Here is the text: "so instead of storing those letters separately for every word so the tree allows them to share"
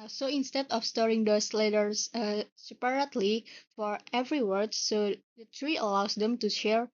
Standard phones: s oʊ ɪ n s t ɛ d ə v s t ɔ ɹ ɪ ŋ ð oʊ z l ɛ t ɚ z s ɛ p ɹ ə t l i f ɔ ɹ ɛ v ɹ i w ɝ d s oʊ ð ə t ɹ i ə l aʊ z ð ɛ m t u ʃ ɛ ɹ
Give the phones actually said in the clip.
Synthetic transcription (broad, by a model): s oʊ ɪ n s t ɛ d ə f s t ɔ ɹ ɪ ŋ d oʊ s l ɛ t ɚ s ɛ p ɹ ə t l i f ɔ ɹ ɛ v ɹ i w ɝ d s oʊ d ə t ɹ i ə l aʊ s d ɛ m t u ʃ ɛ ɹ